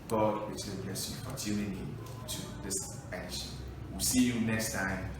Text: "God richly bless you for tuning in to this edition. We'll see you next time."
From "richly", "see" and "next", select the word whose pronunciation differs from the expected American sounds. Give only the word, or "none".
richly